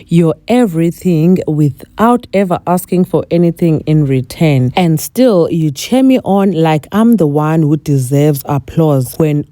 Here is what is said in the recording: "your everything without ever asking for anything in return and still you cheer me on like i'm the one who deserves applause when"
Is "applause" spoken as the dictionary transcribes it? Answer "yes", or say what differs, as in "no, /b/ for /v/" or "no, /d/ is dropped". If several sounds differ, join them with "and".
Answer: yes